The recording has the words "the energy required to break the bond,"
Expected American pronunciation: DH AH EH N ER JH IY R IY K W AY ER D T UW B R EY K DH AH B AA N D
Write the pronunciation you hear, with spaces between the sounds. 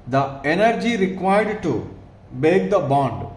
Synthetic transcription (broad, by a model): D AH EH N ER JH IY R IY K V AY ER D T UW B EY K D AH B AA N D